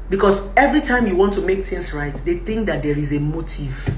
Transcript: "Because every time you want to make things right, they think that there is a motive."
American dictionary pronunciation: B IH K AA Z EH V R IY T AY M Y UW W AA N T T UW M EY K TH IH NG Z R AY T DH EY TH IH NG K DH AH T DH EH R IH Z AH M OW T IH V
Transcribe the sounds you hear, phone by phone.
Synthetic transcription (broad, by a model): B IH K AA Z EH V R IY T AY M Y UW W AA N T T UW M EY K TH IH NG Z R AY T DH EY TH IH NG K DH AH T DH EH R IH Z AH M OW T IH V